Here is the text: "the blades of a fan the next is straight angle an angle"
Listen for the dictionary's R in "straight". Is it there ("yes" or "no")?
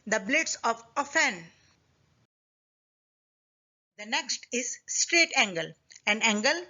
yes